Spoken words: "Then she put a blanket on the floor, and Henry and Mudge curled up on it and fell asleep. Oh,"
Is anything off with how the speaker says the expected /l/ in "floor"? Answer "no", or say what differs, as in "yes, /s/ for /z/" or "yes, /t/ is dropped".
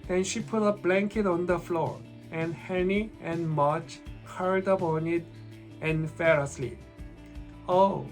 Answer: no